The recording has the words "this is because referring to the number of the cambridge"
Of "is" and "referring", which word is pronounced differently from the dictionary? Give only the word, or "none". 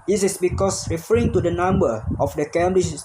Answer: is